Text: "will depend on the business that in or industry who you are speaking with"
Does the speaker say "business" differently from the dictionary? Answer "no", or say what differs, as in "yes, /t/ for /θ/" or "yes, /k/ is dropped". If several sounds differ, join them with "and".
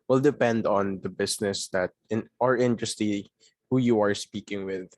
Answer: yes, /s/ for /z/